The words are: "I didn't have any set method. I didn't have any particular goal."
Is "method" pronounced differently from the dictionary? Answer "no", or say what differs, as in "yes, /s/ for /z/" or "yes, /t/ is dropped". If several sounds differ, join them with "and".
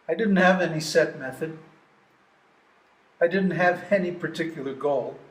no